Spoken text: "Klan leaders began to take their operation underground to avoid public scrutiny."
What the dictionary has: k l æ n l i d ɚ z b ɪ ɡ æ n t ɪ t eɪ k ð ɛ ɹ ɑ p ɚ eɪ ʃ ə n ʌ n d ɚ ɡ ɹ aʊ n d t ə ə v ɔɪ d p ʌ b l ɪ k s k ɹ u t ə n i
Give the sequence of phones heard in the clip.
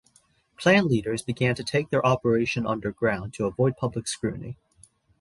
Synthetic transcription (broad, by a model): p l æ n l i d ɚ z b ɪ ɡ æ n t ɪ t eɪ k ð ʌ ɹ ɑ p ɚ eɪ ʃ ə n ʌ n d ɚ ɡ ɹ aʊ n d t ə ə v ɔɪ d p ʌ b l ɪ k s k ɹ u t n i